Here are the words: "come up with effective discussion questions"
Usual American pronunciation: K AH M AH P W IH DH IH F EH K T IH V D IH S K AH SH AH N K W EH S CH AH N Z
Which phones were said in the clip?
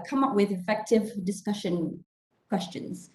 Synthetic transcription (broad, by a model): K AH M AH P W IH DH IH F EH K T IH V D IH S K AH SH AH N K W EH S CH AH N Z